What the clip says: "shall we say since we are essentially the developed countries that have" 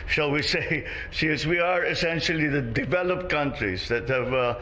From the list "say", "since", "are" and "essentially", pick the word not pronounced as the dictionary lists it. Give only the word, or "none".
since